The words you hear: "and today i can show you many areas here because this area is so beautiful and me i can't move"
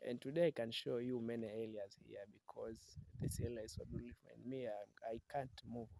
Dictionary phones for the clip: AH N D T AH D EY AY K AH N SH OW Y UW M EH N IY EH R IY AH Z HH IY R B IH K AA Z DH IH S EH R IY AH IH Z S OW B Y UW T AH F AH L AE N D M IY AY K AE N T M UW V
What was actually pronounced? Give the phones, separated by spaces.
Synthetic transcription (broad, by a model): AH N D T AH D EY AY K AH N SH OW Y UW M EH N IY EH L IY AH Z HH IY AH B IH K AA Z DH IH S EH L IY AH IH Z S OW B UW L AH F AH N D M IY AY K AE N T M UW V